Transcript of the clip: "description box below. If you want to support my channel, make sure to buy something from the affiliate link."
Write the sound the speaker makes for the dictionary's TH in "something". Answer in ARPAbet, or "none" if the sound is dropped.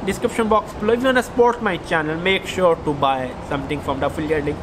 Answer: T